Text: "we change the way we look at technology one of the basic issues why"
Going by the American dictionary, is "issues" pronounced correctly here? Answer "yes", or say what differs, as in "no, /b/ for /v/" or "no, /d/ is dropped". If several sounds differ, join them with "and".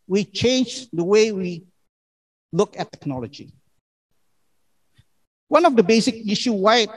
no, /z/ is dropped